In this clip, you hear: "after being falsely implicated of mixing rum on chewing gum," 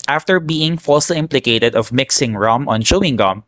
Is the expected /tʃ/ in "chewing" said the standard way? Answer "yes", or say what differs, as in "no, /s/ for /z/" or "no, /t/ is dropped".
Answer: no, /ʃ/ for /tʃ/